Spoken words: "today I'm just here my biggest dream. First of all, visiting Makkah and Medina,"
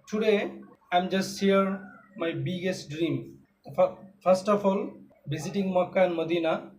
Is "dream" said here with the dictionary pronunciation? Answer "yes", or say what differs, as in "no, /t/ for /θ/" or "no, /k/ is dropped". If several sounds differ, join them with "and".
yes